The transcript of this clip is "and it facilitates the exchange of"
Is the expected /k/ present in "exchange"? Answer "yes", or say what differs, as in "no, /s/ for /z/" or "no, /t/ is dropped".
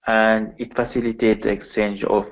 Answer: yes